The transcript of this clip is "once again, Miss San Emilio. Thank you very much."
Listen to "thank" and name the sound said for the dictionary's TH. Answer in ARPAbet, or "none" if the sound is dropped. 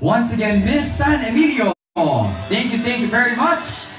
TH